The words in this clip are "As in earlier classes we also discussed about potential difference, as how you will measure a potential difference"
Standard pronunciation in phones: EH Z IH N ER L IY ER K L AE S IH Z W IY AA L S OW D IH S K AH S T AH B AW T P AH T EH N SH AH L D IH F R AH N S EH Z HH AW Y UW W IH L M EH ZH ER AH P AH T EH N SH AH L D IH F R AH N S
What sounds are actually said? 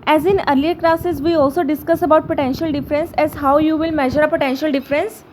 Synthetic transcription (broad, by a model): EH Z IH N ER L IY ER K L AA S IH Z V IY AA L S OW D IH S K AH S AH B AW T P AH T EH N SH AH L D IH F R AH N S EH Z HH AW Y UW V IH L M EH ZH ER AH P AH T EH N SH AH L D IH F R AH N S